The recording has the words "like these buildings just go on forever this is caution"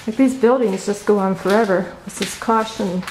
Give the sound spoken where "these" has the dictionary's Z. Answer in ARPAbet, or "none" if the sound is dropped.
Z